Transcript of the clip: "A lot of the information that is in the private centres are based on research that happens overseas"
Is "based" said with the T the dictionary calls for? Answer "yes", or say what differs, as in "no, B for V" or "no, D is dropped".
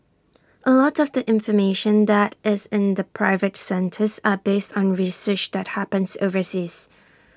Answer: yes